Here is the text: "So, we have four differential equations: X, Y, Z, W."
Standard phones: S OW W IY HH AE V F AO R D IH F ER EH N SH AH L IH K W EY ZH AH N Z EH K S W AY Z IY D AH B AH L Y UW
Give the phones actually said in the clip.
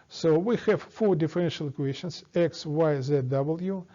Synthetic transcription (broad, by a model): S OW W IY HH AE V F AO R D IH F ER EH N SH AH L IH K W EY SH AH N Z EH K S W AY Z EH D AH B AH L Y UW